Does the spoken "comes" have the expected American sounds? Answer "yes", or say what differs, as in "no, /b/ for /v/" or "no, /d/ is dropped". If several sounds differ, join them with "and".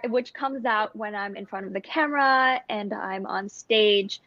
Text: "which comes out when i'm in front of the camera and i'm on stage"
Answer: yes